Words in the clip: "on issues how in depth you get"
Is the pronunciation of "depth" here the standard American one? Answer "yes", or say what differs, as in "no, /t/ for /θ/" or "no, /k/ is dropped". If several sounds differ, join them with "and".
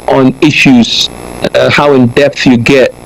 yes